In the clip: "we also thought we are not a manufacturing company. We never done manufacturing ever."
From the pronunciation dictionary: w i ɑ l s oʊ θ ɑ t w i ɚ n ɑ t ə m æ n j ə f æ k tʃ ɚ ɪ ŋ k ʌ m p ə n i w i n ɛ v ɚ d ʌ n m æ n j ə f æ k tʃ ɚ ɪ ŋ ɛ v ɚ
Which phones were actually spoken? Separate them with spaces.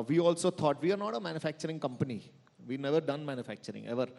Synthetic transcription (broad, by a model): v i ɑ l s oʊ t ɑ t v i ɚ n ɑ t ə m æ n j ə f æ k tʃ ɚ ɪ ŋ k ʌ m p ə n i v i n ɛ v ɚ d ʌ n m æ n j ə f æ k tʃ ɚ ɪ ŋ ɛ v ɚ